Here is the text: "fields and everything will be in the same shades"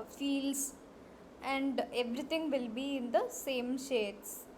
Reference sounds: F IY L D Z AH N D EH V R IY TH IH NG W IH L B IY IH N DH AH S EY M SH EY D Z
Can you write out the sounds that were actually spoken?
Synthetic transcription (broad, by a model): F IY L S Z AH N D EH V R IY T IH NG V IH L B IY IH N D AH S EY M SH EY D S